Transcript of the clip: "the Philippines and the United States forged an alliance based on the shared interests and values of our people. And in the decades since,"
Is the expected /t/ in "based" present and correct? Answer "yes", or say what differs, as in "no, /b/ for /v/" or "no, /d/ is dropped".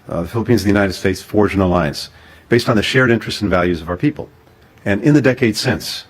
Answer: yes